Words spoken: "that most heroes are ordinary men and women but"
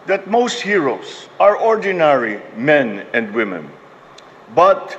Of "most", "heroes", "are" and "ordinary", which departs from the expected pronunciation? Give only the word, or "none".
heroes